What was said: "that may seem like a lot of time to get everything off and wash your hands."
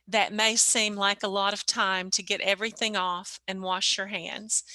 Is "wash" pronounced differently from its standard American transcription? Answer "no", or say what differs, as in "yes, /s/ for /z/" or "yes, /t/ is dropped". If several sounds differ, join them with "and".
no